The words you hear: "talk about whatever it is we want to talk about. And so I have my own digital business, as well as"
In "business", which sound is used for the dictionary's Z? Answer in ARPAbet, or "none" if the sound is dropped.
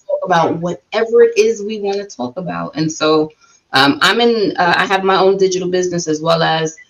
Z